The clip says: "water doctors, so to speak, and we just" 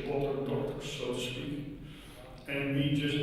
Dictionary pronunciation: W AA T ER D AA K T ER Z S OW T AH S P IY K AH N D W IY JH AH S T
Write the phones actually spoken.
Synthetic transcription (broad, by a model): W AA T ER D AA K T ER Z S OW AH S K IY AH N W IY JH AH S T